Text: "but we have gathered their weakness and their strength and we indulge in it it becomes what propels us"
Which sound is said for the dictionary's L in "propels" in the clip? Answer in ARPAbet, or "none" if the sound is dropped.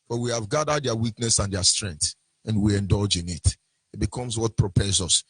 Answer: none